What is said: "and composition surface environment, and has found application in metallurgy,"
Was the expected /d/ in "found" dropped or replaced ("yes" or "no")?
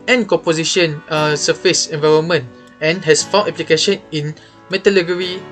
yes